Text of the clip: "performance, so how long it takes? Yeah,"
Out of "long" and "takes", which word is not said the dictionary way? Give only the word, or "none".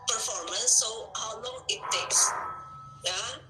none